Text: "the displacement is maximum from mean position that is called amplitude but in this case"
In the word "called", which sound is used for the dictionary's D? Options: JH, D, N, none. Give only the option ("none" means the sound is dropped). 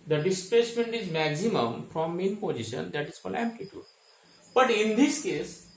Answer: none